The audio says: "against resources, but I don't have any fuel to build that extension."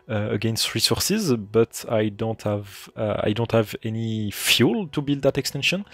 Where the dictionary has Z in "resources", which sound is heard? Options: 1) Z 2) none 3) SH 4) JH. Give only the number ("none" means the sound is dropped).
1